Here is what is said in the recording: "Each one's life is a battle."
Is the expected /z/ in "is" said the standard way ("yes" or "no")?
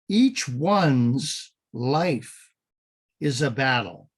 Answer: yes